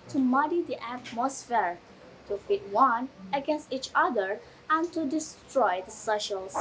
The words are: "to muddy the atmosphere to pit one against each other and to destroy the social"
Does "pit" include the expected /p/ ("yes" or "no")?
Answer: no